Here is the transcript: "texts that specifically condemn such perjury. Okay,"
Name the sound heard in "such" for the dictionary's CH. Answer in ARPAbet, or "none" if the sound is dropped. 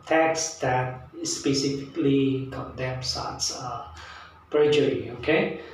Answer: S